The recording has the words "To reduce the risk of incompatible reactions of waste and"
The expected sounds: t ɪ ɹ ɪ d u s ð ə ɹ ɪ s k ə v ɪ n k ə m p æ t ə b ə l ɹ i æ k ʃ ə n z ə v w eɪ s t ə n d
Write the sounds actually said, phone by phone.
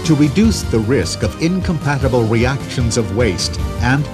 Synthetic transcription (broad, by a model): t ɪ ɹ ɪ d u s ð ə ɹ ɪ s k ə v ɪ n k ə m p æ t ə b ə l ɹ i æ k ʃ ə n z ə v w eɪ s t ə n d